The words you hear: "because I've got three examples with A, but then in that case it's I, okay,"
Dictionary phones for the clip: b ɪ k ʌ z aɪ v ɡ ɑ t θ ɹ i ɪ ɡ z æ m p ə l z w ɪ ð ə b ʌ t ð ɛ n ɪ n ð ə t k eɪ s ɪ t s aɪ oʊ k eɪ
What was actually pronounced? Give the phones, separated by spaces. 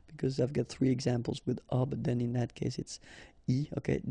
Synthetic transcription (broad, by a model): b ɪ k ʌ z aɪ v ɡ ɑ t θ ɹ i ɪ ɡ z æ m p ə l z w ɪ ð ə b ʌ t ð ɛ n ɪ n ð ə t k eɪ s ɪ t s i oʊ k eɪ